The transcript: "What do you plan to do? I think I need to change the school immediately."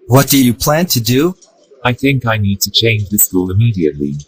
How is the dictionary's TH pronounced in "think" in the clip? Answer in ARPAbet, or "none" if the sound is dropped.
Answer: TH